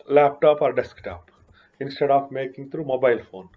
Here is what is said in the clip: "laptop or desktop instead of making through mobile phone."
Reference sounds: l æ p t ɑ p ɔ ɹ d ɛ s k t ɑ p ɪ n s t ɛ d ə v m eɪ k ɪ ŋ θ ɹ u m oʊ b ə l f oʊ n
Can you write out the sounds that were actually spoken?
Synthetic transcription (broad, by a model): l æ p t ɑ p ɔ ɹ d ɛ s k t ɑ p ɪ n s t ɛ d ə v m eɪ k ɪ ŋ t ɹ u m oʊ b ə l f oʊ n